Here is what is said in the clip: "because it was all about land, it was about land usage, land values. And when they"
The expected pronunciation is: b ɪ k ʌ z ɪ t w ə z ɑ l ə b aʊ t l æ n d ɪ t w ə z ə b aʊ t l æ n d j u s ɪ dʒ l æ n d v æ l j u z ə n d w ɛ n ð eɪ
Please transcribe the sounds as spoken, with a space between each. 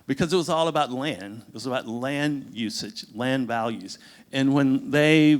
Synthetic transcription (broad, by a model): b ɪ k ʌ z ɪ t w ə z ɑ l ə b aʊ t l æ n d ɪ t w ə z ə b aʊ t l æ n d j u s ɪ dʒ l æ n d v æ l j u z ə n w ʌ n ð eɪ